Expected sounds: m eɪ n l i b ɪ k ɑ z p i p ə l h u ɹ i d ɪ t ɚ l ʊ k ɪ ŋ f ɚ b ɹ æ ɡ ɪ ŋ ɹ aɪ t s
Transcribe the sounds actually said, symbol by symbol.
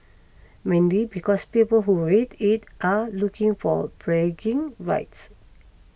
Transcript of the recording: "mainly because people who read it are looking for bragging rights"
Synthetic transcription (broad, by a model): m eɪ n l i b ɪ k ɑ s p i p ə l h u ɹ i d ɪ t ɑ l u k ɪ ŋ f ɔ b ɹ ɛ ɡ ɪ ŋ ɹ aɪ t s